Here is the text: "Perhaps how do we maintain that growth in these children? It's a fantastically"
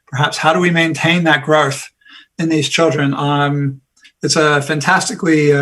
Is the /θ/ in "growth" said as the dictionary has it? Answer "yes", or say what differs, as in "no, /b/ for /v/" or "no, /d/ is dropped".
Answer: yes